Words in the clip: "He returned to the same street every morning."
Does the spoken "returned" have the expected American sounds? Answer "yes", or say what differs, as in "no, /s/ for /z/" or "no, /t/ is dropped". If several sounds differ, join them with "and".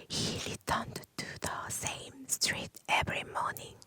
no, /l/ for /ɹ/